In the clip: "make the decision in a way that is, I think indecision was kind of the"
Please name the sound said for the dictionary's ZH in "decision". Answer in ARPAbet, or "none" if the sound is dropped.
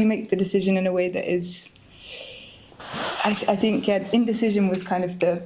ZH